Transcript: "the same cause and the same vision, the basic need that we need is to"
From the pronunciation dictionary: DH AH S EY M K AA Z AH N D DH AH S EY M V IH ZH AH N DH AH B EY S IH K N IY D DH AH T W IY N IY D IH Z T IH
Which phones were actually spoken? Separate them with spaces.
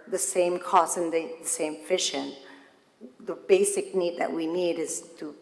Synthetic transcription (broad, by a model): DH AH S EY M K AA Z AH N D DH AH S EY M F IH SH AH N DH AH B EY S IH K N IY D DH AH T W IY N IY D IH Z T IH